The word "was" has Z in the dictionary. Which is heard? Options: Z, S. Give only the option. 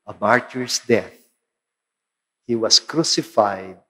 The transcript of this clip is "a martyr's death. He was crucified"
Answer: S